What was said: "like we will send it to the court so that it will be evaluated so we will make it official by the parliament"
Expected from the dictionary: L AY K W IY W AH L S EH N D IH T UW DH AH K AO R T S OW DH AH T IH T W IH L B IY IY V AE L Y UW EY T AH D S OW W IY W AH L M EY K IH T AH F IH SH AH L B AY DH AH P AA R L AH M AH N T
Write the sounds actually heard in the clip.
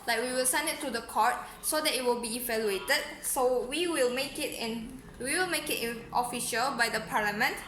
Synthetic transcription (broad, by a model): L AY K W IY W AH L S EH N D IH T UW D AH K AO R T S OW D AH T IH T W IH L B IY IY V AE L Y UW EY T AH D S OW W IY W AH L M EY K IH T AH F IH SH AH L B AY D AH P AA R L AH M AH N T